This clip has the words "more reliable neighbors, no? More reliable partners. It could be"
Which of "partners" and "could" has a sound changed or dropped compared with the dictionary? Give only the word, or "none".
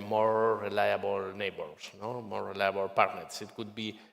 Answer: partners